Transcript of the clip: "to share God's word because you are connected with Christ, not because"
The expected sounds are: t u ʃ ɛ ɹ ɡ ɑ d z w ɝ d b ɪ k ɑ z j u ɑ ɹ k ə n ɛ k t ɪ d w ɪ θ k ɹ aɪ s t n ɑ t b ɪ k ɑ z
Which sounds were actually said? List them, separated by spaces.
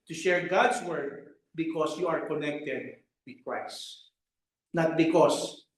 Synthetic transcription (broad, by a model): t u ʃ ɛ ɹ ɡ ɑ d s w ɝ d b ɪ k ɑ s j u ɑ ɹ k ə n ɛ k t ɪ d w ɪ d k ɹ aɪ s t n ɑ t b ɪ k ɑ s